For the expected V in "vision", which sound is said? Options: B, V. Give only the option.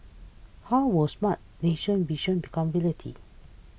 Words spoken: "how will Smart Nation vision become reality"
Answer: B